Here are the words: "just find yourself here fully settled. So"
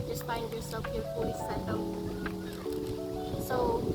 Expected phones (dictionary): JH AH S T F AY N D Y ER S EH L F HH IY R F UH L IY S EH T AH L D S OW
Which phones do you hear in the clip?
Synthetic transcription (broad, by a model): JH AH S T F AY N D Y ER S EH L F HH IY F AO IY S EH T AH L S OW